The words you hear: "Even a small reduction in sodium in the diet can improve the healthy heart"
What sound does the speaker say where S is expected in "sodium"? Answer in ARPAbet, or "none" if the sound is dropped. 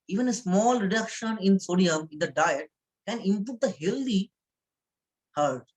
S